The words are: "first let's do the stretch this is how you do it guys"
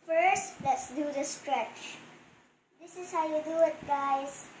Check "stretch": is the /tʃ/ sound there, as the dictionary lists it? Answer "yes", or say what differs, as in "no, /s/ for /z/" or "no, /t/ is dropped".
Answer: yes